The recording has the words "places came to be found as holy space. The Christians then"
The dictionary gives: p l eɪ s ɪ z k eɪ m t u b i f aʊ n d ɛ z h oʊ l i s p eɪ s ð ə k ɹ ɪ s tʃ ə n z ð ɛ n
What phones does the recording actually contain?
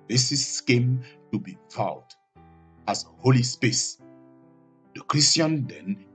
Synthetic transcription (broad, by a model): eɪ s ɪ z k eɪ m t u b i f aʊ d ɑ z h oʊ l i s p eɪ s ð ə k ɹ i s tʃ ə n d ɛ n